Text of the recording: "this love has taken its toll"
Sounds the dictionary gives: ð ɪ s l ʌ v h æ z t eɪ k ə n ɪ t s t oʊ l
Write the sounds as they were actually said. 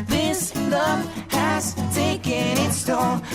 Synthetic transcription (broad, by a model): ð ɪ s n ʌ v h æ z t eɪ k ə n ɪ t s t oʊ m